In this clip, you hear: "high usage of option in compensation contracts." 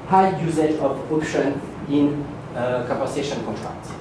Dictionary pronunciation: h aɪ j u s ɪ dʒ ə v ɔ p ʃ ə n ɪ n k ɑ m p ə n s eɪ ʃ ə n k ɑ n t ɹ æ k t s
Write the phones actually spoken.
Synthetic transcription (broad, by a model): h aɪ j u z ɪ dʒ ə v ɔ p ʃ ə n ɪ n k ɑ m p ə s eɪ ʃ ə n k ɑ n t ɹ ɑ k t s